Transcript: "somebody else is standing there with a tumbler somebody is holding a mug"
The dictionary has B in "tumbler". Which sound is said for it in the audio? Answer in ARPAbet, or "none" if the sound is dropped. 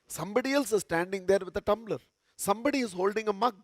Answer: B